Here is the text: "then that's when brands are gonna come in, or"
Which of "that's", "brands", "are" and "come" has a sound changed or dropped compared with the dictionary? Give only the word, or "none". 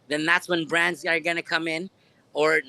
none